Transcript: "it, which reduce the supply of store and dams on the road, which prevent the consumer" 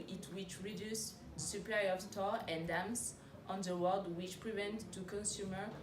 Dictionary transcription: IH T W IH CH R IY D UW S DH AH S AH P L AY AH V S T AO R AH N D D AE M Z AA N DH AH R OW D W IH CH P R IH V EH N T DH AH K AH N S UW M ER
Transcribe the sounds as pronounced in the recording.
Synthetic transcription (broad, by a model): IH T W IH CH R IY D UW S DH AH S AH P L AY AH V T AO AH N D D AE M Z AA N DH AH W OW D W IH CH P R IH V EH N T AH K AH N S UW M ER